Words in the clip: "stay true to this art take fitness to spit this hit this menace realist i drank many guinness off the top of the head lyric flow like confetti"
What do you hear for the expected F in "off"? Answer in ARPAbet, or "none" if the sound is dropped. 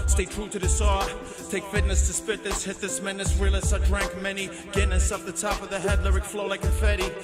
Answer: P